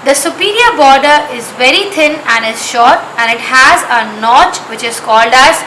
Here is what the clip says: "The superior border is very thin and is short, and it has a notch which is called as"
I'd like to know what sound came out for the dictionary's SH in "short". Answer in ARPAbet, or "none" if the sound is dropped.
SH